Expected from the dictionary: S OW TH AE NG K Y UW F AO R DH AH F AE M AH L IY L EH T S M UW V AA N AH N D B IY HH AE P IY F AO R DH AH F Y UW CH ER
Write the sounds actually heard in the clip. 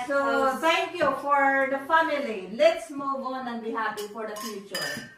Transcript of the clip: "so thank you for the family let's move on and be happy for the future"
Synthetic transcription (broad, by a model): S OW T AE NG K Y UW F AO R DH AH F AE M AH L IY L EH T S M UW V AA N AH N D B IY HH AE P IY F AO R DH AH F Y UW CH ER